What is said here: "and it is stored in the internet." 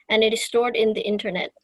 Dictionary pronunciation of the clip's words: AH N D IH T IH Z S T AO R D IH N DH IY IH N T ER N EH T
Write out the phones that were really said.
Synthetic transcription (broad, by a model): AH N IH T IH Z S T AO R D IH N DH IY IH N T ER N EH T